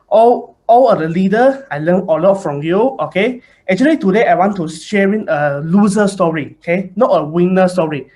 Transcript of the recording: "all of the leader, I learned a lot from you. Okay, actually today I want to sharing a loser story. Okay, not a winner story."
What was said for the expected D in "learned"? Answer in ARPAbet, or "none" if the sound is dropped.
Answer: none